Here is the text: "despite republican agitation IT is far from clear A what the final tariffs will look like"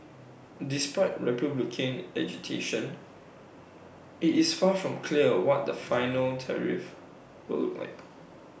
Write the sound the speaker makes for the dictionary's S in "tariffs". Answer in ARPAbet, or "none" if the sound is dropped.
none